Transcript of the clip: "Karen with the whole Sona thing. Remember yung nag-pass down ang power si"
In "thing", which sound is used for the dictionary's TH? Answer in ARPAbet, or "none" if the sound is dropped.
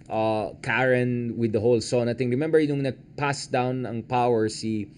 T